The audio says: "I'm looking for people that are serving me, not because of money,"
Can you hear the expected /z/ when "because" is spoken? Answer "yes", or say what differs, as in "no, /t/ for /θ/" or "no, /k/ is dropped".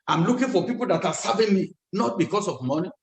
no, /s/ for /z/